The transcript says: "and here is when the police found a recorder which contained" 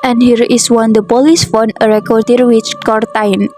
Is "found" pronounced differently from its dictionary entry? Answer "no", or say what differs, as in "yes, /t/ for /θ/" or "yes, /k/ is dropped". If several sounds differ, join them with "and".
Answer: yes, /d/ is dropped